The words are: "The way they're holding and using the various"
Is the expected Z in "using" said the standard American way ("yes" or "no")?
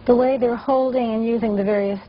yes